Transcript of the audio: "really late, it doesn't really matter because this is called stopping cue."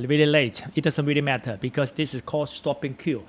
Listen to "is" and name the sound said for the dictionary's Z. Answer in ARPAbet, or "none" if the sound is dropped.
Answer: S